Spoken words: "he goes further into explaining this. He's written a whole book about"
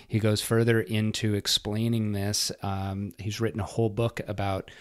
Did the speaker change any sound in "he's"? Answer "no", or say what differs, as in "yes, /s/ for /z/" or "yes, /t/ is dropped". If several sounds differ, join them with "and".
no